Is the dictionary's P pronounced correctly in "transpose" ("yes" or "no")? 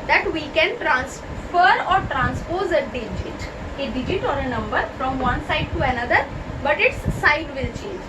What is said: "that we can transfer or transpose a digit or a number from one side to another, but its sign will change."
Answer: yes